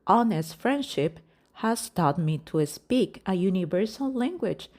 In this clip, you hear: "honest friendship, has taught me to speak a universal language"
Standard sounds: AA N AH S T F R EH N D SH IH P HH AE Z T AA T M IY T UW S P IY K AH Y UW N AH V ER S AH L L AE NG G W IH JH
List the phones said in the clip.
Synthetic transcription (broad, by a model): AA N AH S T F R EH N D SH IH P HH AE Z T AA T M IY T UW S P IY K AH Y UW N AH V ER S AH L L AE NG G W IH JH